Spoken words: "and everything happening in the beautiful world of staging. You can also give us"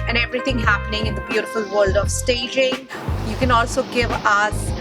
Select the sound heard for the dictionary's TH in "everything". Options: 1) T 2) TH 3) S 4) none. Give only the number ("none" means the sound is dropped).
1